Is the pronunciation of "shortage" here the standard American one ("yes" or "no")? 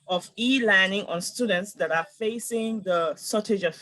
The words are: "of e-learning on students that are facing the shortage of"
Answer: no